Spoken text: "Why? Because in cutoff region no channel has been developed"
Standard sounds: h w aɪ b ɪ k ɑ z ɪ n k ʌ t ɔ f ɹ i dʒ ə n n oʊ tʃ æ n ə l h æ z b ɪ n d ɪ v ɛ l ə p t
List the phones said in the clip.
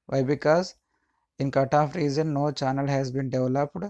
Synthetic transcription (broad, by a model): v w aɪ b ɪ k ɑ z ɪ n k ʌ t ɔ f ɹ i z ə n n oʊ tʃ æ n ə l h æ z b ɪ n d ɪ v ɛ l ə p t